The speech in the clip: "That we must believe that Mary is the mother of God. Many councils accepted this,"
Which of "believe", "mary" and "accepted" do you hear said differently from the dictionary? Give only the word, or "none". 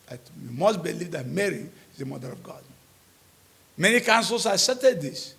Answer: accepted